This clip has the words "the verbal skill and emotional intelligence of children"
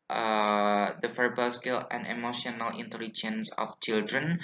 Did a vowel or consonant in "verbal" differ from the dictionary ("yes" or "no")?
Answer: yes